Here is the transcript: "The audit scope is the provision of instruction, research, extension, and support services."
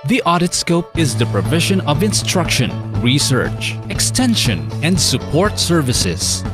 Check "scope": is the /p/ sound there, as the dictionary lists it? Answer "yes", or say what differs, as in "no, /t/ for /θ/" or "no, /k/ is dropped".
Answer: yes